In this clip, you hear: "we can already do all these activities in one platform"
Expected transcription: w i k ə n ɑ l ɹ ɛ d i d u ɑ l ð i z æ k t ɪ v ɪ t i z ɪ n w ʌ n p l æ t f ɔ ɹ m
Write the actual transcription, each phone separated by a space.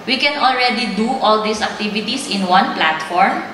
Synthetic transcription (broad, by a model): w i k ə n ɑ l ɹ ɛ d i d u ɑ l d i s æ k t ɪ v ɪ t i s ɪ n w ʌ n p l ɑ t f ɔ ɹ m